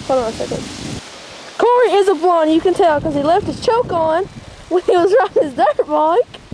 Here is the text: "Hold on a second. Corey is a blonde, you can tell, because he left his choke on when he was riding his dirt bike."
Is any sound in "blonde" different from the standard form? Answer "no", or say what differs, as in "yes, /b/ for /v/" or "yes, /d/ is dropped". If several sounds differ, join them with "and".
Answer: yes, /l/ is dropped